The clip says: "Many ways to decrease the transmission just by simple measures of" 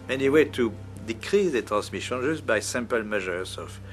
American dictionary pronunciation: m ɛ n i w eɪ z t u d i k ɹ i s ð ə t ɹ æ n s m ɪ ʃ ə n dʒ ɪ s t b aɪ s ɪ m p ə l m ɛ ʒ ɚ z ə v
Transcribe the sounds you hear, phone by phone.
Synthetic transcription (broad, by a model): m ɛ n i w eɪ t u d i k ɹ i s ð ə t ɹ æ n s m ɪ ʃ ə n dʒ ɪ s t b aɪ s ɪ m p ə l m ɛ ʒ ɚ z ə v